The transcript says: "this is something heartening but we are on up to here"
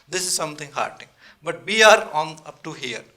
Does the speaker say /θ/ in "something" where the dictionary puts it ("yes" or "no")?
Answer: no